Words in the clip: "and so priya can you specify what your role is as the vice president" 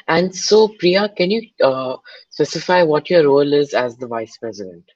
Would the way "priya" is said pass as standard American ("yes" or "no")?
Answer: yes